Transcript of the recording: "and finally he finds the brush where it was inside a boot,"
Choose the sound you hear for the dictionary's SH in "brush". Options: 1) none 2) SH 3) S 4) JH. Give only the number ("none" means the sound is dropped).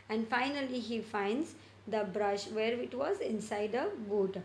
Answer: 2